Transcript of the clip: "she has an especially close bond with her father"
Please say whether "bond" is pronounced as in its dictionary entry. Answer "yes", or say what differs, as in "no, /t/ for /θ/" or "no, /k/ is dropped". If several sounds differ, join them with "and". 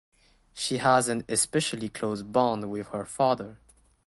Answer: yes